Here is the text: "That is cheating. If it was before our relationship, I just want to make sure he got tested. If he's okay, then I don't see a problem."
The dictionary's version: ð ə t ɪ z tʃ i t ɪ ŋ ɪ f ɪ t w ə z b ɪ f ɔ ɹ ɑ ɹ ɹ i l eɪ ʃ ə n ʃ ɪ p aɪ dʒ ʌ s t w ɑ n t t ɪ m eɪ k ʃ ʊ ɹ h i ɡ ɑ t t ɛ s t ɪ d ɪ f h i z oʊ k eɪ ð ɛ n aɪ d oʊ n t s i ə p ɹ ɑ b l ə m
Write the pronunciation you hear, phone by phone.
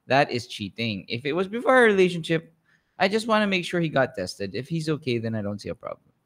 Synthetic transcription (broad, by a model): ð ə t ɪ z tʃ i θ ɪ ŋ ɪ f ɪ t w ə z b ɪ f ɔ ɹ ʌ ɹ ɹ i l eɪ ʃ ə n ʃ ɪ p aɪ dʒ ʌ s t w ɑ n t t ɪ m eɪ k ʃ ʊ ɹ h i ɡ ɑ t t ɛ s t ɪ d ɪ f h i z oʊ k eɪ ð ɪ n aɪ d oʊ n t s i ə p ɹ ɑ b l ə m